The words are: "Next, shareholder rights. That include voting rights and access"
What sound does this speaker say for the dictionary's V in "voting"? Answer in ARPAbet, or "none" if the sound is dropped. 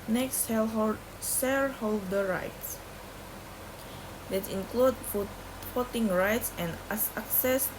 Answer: F